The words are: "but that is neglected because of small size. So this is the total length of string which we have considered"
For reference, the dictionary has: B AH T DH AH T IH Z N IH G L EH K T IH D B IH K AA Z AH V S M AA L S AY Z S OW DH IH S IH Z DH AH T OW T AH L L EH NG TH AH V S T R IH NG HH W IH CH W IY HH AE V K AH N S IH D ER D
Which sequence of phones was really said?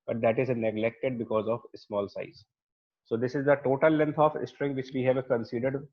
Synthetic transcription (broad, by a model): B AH T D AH T IH Z N IH G L EH K T IH D B IH K AA Z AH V S M AA L S AY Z S OW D IH S IH Z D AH T OW T AH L L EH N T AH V S T R IH NG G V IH CH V IY HH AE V K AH N S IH D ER D